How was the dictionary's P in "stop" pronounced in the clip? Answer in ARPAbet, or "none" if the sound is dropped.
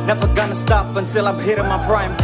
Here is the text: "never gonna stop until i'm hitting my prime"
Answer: P